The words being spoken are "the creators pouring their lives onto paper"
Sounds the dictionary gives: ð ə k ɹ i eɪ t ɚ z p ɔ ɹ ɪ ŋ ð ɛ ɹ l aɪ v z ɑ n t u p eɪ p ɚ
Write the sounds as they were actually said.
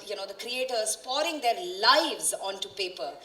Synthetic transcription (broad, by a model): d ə k ɹ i eɪ t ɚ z p ɔ ɹ ɪ ŋ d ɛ ɹ l aɪ v z ɑ n t u p eɪ p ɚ